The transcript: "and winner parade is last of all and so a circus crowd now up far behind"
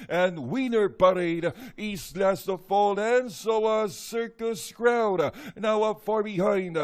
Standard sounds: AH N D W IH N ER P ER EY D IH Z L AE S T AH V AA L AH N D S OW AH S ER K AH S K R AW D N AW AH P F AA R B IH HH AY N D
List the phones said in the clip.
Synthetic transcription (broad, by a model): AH N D W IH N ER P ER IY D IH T L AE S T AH F AA L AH N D S OW AH S ER K AH S K R AW D N AW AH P F AA R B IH HH AY N D